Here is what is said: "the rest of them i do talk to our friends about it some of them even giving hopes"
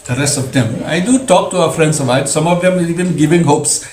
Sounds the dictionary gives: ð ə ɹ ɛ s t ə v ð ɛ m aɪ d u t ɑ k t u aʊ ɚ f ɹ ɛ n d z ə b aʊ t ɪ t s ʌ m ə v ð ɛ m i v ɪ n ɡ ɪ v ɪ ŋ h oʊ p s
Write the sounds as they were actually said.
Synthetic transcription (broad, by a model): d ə ɹ ɛ s t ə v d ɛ m aɪ d u t ɑ k t u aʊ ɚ f ɹ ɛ n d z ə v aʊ ɪ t s ʌ m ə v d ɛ m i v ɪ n ɡ ɪ v ɪ ŋ h oʊ p s